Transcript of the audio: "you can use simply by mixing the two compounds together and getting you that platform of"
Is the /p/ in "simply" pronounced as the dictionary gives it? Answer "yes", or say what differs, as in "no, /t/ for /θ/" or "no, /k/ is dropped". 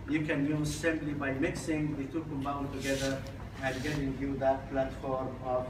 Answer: no, /b/ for /p/